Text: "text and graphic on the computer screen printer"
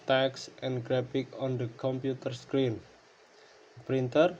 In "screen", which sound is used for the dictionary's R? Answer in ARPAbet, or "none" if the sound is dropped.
R